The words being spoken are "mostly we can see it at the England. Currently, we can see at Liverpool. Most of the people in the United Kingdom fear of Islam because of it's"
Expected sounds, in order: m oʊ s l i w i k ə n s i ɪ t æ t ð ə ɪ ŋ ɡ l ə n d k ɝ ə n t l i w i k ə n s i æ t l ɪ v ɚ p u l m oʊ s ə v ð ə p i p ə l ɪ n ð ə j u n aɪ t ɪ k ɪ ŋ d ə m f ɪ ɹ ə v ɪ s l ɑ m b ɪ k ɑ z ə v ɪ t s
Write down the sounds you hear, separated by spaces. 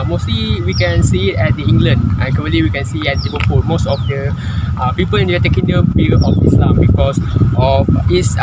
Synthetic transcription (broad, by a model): m oʊ s l i w i k ə n s i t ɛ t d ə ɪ ŋ ɡ l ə n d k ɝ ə t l i w i k ə n s i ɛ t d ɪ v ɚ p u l m oʊ s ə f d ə p i p ə l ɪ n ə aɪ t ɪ k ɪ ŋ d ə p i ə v ɪ s l ɑ m b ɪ k ɑ s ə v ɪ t s